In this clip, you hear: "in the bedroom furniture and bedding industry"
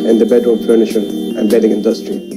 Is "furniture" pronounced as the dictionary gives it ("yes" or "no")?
no